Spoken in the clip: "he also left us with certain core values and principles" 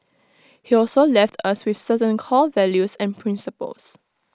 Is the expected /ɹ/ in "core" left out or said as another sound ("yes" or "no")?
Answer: yes